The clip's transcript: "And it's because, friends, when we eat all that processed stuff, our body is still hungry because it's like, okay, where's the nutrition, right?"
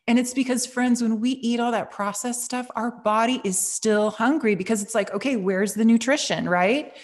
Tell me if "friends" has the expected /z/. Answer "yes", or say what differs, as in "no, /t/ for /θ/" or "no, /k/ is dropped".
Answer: yes